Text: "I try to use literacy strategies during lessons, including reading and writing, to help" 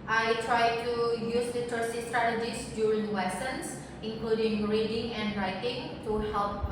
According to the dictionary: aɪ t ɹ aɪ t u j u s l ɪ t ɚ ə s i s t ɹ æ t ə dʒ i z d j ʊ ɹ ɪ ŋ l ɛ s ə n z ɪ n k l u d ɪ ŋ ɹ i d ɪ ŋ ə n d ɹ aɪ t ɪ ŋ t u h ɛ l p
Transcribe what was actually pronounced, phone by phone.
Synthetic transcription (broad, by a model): aɪ t ɹ aɪ t u j u s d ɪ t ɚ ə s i s t ɹ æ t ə dʒ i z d j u ɹ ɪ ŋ w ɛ s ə n s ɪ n k l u d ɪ ŋ ɹ i d ɪ ŋ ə n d ɹ aɪ t ɪ ŋ t u h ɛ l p